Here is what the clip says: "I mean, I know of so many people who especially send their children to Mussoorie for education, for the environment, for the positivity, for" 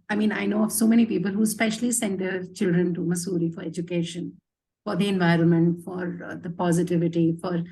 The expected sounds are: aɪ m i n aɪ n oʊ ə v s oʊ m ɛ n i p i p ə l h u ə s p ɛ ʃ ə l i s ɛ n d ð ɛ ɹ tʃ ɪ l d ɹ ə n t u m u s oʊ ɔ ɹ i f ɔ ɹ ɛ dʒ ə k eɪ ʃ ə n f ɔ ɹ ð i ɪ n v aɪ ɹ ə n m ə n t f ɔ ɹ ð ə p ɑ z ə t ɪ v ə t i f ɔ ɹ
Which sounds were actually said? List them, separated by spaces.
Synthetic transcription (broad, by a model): aɪ m i n aɪ n oʊ ə v s oʊ m ɛ n i p i p ə l h u s p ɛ ʃ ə l i s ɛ n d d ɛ ɹ tʃ ɪ l d ɹ ə n t u m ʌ s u ɹ i f ɔ ɹ ɛ dʒ ə k eɪ ʃ ə n f ɔ ɹ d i ɪ n v aɪ ɹ ə n m ə n t f ɔ ɹ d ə p ɑ z ə t ɪ v ə t i f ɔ ɹ